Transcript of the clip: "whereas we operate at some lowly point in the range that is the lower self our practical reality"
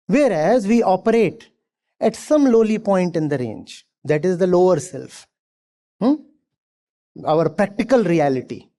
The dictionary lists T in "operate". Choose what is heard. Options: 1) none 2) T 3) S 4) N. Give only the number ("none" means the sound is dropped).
2